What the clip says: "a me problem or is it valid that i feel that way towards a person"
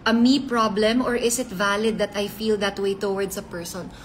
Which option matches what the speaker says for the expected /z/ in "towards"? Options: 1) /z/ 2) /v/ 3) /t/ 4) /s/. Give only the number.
4